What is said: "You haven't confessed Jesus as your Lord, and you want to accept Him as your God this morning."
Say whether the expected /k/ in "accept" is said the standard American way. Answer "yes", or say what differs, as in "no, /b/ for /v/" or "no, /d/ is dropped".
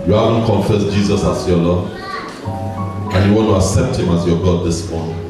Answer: no, /k/ is dropped